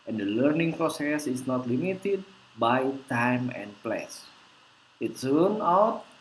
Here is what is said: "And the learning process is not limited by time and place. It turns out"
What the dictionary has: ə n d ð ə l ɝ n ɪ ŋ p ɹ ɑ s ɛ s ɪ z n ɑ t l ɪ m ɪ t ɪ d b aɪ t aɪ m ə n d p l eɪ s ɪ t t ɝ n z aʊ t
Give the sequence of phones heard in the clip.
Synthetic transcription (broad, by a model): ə n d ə l ɝ n ɪ ŋ p ɹ ɑ s ɛ s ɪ s n ɑ t l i m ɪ t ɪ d b aɪ t aɪ m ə n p l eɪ s ɪ t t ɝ n aʊ t